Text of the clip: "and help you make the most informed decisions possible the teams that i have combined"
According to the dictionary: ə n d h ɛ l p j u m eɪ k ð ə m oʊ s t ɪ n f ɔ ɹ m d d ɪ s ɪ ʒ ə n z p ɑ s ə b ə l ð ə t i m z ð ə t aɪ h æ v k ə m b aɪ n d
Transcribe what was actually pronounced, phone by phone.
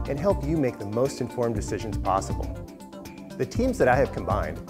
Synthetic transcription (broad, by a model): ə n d h ɛ l p j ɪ m eɪ k ð ə m oʊ s t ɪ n f ɔ ɹ m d d ɪ s ɪ ʒ ə n z p ɑ s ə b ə l ð ə t i m z ð ə t aɪ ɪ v k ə m b aɪ n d